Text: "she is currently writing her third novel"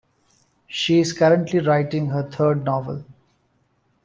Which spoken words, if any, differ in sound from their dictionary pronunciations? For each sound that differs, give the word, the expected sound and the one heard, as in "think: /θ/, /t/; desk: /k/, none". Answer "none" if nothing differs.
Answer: third: /θ/, /t/